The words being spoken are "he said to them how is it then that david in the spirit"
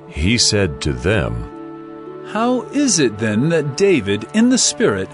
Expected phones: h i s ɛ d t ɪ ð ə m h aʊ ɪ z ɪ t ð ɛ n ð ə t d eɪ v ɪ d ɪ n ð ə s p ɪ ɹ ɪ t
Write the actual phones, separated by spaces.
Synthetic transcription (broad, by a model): h i s ɛ d t ɪ ð ə m h aʊ ɪ z ɪ t ð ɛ n ð ə t d eɪ v ɪ d ɪ n ð ə s p ɪ ɹ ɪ t